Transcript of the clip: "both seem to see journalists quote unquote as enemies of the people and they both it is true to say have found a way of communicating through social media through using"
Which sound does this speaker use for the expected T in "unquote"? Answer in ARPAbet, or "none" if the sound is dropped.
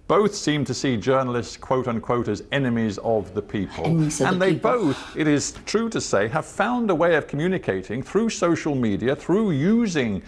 T